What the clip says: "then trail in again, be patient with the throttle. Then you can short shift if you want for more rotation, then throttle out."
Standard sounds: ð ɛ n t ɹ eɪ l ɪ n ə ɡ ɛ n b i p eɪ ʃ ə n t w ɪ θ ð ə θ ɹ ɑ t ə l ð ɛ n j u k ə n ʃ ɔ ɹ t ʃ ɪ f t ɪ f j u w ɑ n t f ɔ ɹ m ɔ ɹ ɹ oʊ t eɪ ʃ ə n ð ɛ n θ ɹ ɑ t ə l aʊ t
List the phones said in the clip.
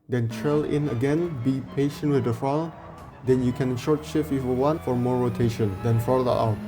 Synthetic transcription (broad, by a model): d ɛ n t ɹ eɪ l ɪ n ə ɡ ɛ n b i p eɪ ʃ ə n t w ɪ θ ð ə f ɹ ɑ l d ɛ n j u k ə n ʃ ɔ ɹ t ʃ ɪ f ɪ f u w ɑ n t f ɔ ɹ m ɔ ɹ ɹ oʊ t eɪ ʃ ə n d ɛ n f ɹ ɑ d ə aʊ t